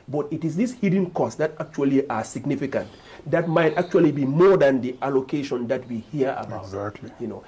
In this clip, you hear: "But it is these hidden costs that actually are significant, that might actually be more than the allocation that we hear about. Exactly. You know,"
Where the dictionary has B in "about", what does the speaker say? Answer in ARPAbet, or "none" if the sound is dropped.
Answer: none